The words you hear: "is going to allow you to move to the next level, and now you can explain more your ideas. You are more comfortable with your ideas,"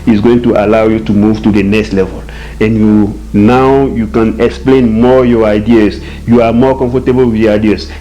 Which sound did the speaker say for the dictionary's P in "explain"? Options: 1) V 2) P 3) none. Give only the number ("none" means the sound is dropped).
2